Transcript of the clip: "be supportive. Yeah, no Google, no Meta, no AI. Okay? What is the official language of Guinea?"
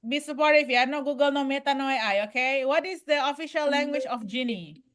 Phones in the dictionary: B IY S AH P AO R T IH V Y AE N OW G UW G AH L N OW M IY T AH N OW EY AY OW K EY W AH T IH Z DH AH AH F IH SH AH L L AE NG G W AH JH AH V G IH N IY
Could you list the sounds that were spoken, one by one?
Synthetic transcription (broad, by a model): B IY S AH P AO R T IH F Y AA N OW G UW G AH L N OW M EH T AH N OW EY AY OW K EY W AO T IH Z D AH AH F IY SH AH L L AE NG G W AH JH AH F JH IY N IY